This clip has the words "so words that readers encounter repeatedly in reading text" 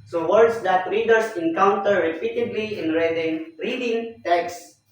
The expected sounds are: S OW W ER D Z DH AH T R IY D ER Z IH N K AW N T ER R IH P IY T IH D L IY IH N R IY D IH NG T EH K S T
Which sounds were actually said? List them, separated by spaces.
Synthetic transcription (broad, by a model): S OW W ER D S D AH T R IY D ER S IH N K AW N T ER R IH P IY T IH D L IY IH N R IY D IH NG T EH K S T